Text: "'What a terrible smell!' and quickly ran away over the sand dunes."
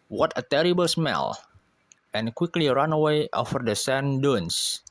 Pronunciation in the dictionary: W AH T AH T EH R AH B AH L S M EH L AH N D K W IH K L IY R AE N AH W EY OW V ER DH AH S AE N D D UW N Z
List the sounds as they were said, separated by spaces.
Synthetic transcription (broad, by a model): W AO T AH T EH R AH B AH L S M EH L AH N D K W IH K L IY R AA N AH W EY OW F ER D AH S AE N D D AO N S